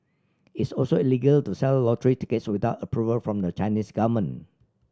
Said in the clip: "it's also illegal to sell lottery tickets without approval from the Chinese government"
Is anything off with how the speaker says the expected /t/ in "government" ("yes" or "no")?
yes